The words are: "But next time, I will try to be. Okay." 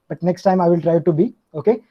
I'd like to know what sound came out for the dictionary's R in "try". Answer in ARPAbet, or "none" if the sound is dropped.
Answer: R